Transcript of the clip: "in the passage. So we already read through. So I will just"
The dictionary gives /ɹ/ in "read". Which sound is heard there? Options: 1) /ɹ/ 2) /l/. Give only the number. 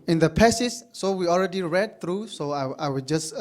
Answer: 1